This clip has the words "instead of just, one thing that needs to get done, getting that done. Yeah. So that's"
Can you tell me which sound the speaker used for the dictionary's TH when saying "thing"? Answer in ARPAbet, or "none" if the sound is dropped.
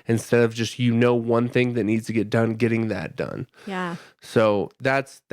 TH